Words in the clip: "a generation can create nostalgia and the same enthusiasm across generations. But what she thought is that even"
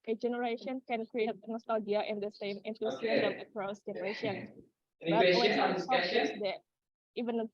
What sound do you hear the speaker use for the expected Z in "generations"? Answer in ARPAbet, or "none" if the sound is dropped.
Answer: none